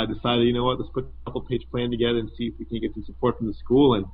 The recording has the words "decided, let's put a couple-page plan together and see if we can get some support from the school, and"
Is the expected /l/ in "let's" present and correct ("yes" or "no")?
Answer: no